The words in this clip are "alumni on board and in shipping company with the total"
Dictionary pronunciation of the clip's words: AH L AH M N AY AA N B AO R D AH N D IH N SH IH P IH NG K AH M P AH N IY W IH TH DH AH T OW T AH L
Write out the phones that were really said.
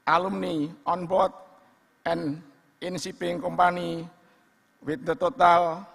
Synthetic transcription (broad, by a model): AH L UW M N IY AA N B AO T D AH N IH N S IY P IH NG K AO M P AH N IY W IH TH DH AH T OW T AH L